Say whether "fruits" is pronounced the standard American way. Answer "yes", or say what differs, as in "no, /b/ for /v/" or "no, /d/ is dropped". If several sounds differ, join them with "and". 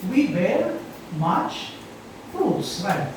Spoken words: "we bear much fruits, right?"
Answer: no, /ɹ/ is dropped